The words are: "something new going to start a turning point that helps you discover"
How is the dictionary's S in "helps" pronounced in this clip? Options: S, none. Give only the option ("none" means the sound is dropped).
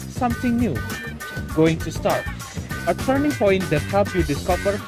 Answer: none